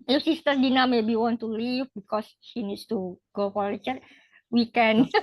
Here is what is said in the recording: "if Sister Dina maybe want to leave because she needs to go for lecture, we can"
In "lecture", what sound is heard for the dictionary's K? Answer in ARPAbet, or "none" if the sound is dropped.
none